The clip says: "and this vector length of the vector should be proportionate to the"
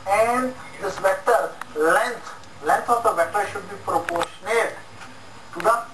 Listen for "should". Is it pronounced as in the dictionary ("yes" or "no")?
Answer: yes